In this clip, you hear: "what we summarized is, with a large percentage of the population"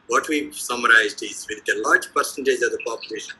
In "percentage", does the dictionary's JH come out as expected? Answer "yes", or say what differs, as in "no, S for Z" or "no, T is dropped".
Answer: no, Z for JH